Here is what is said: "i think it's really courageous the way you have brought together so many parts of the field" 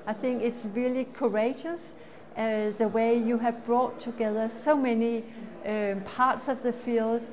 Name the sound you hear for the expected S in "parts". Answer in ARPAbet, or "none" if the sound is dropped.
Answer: S